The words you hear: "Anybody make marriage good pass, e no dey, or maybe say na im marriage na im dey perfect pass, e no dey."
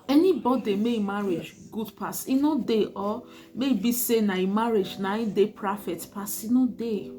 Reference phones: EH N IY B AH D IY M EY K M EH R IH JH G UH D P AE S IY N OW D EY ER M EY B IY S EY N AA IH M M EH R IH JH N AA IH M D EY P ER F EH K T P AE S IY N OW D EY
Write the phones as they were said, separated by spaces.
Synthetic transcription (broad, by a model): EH N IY B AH D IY M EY M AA R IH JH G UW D P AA S IY N OW D EY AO M EY B IY S EY N AA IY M M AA R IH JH N AA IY D EY P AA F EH T P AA S IY N OW D EY